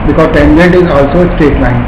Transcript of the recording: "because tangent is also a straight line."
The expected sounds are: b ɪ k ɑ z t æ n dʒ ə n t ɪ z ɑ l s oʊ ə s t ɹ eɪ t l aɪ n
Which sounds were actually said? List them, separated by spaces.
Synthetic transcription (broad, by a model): b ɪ k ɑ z t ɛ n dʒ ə n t ɪ z ɑ l s oʊ ə s t eɪ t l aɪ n